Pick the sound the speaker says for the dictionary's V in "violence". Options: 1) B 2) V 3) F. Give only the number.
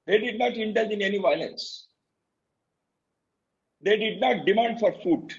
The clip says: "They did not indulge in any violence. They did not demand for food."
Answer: 2